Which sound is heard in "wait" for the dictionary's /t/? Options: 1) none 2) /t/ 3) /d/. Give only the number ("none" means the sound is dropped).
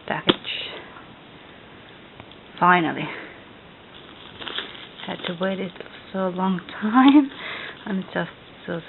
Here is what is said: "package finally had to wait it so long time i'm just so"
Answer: 2